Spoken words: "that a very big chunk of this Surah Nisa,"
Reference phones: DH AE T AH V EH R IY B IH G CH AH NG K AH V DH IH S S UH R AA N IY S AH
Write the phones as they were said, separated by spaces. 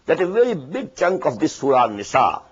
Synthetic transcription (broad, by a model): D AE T AH V EH R IY B IH G CH AH NG K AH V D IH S S UH R AA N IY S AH